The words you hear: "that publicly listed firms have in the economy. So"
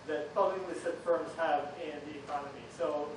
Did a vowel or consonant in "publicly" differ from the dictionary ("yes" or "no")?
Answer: yes